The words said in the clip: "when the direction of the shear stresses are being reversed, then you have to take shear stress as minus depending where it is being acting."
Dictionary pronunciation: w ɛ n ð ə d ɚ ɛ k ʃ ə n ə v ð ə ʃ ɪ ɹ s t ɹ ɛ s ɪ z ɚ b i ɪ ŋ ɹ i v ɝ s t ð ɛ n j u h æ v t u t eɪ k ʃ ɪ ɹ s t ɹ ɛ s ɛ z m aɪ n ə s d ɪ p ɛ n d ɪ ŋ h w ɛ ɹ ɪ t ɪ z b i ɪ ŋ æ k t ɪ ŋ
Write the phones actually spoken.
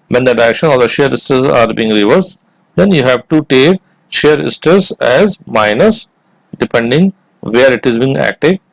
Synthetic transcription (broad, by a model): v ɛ n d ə d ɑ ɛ k ʃ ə n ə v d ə ʃ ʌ ɹ s t ʌ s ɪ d b i ɪ ŋ ɹ i v ɝ s t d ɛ n j u h æ v t u t eɪ k ʃ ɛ ɹ s t ʌ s ɛ z m aɪ n ə s d ɪ p ɛ n d ɪ ŋ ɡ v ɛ ɹ ɪ t ɪ z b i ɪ ŋ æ k t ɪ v